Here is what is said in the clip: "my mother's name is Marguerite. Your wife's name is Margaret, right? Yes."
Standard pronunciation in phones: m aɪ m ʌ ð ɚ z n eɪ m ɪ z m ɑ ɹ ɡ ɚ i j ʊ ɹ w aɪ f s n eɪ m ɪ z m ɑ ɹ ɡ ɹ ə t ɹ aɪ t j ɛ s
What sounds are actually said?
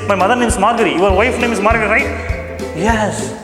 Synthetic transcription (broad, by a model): m aɪ m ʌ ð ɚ n eɪ m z m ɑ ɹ ɡ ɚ i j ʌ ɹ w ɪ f n eɪ m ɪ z m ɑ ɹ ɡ ə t ɹ aɪ t j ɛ s